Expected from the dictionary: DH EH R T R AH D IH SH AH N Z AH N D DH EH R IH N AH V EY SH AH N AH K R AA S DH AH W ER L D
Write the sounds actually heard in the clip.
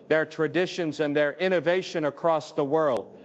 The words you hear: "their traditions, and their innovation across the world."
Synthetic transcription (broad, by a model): DH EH R T R AH D IH SH AH N Z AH N DH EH R IH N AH V EY SH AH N AH K R AA S DH AH W ER L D